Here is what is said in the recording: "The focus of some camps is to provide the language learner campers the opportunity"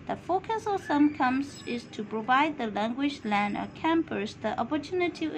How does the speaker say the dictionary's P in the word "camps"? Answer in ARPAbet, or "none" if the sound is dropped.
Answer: none